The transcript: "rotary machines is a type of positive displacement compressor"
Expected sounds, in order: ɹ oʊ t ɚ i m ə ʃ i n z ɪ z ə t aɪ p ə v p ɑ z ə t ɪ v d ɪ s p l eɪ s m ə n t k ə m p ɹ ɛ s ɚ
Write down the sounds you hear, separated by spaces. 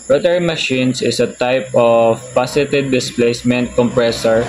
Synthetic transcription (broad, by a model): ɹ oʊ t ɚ m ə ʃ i n s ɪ s ə t aɪ p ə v p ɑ s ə t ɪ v d ɪ s p l eɪ s m ə n t k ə m p ɹ ɛ s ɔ